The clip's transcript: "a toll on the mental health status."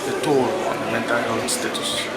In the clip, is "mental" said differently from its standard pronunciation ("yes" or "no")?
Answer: no